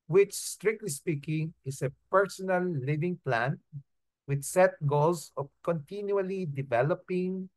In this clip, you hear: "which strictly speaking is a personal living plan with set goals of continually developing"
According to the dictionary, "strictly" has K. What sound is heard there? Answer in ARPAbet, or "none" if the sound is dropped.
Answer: K